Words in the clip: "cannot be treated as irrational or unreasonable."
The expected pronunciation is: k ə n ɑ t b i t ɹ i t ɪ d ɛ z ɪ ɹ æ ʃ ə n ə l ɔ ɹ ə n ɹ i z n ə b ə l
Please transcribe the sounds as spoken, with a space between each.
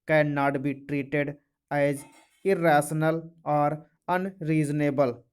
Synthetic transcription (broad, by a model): k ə n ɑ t b i t ɹ i t ɪ d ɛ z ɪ ɹ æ s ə n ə l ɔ ɹ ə n ɹ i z n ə b ə l